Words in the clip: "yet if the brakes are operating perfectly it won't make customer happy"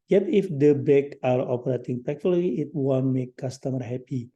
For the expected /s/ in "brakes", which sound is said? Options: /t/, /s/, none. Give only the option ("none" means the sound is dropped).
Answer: none